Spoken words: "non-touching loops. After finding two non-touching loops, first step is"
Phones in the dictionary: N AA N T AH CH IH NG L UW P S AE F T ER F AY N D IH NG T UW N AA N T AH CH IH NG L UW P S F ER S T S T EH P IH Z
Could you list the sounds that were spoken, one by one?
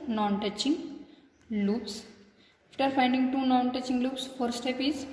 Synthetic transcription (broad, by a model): N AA N T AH CH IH NG L UW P S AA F T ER F AY N D IH NG T UW N AA N T AH CH IH NG L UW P S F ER T S T EH P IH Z